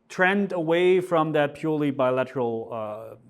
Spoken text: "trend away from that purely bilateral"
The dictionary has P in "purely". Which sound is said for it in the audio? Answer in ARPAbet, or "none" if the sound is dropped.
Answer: P